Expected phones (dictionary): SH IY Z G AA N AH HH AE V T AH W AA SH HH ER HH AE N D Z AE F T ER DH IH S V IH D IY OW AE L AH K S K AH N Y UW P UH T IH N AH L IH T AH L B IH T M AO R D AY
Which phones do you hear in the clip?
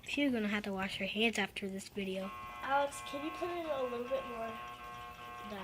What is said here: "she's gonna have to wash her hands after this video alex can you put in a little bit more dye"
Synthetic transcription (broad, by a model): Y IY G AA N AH HH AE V T AH W AA SH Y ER HH AE N D Z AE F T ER DH IH S V IH D IY OW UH AH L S K AH N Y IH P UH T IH L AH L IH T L B IH T M AO R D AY